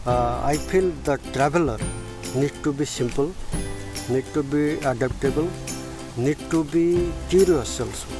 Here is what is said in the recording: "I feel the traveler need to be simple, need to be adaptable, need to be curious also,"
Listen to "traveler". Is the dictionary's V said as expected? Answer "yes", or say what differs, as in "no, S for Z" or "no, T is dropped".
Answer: no, B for V